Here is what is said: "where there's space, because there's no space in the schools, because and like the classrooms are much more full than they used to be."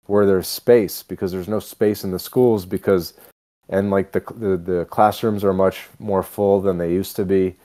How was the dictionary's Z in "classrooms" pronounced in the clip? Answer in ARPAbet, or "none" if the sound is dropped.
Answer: Z